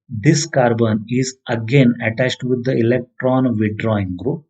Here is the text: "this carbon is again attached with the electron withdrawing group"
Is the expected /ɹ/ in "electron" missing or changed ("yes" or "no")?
no